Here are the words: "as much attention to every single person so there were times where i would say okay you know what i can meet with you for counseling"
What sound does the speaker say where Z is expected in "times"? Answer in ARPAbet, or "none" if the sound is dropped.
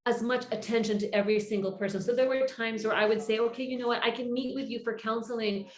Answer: Z